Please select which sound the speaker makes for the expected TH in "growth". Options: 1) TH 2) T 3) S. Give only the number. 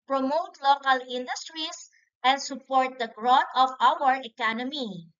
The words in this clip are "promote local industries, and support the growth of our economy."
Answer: 2